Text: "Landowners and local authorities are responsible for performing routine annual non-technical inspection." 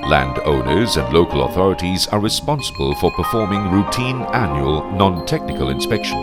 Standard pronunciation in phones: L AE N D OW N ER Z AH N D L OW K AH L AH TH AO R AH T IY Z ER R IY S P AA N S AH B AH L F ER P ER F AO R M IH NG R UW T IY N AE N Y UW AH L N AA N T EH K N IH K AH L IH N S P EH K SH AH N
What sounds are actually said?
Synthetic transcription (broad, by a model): L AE N D OW N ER Z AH N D L OW K AH L AH TH AO R AH T IY Z ER R IY S P AA N S AH B AH L F ER P ER F AO R M IH NG R UW T IY N AE N Y UW AH L N AA N T EH K N IH K AH L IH N S P EH K SH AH N